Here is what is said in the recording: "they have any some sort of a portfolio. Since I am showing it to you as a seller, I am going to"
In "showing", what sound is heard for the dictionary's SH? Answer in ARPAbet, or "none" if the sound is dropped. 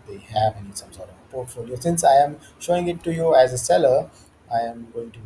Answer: SH